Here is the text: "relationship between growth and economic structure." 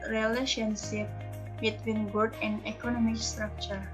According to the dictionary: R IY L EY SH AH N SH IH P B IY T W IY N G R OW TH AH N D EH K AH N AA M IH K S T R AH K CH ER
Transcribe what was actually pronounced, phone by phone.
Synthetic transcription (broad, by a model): R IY L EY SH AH N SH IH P B IY T W IY N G OW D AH N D EH K AH N AA M IH K S T R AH K CH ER